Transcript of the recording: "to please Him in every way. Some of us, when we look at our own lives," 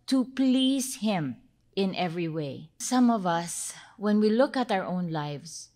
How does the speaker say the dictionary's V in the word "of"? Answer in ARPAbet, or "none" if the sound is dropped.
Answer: V